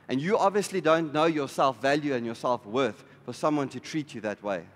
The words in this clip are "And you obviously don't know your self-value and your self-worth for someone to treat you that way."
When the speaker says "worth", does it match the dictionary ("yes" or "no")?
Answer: yes